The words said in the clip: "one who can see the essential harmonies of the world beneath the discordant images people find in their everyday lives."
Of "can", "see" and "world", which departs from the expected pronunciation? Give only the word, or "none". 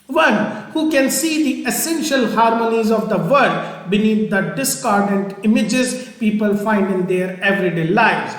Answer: world